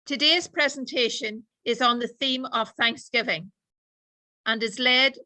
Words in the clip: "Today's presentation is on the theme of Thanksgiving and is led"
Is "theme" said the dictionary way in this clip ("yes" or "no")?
yes